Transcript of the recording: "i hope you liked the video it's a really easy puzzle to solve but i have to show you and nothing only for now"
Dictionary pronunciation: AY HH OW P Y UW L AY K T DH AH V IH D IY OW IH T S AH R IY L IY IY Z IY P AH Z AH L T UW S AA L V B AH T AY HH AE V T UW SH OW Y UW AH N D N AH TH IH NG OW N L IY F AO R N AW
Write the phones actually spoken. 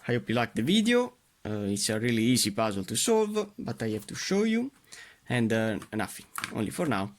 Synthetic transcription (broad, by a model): AY HH OW P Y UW L AY K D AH V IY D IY OW IH T S AH R IY L IY IY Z IY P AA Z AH L T UW S AA L V B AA T AY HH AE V T UW SH OW Y UW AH N D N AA F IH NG OW N L IY F AO R N AW